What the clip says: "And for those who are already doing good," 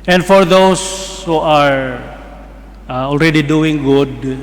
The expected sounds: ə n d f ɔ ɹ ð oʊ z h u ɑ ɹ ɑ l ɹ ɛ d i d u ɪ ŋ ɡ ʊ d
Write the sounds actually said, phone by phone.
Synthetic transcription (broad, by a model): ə n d f ɔ ɹ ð oʊ s h u ɑ ɹ ɑ l ɹ ɛ d i d u ɪ ŋ ɡ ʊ d